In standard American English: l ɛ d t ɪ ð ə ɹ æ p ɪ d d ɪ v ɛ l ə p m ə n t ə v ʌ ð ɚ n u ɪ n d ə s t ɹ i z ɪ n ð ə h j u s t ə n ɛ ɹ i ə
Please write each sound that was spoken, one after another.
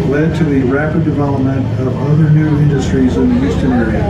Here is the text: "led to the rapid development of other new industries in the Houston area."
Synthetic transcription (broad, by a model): l ɛ d t ɪ ð ə ɹ æ p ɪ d d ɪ v ɛ l ə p m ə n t ə v ʌ ð ɚ n u ɪ n d ə s t ɹ i z ɪ n ð ə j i s t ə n ɛ ɹ i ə